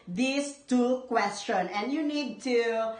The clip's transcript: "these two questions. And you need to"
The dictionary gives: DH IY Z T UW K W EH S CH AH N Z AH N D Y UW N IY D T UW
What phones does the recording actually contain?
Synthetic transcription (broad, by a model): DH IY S T UW K W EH S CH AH N AH N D Y UW N IY D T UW